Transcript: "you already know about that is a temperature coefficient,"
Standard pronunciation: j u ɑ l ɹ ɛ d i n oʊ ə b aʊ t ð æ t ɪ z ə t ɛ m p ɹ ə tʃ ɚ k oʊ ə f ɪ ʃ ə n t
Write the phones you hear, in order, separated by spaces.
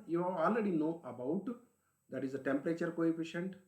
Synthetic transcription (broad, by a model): j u ɑ l ɹ ɛ d i n oʊ ə b aʊ t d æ t ɪ z ə t ɛ m p ɹ ə tʃ ɚ k oʊ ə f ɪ ʃ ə n t